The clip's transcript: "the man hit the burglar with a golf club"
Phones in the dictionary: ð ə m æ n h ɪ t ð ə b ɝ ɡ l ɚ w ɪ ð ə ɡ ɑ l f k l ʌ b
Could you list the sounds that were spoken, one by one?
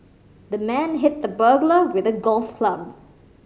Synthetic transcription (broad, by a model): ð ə m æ n h ɪ t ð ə b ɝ ɡ l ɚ w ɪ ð ə ɡ ɑ l f k l ʌ b